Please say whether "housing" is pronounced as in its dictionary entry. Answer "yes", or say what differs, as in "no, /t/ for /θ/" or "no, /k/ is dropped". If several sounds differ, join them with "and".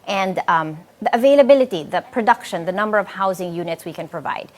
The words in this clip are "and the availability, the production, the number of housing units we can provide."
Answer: yes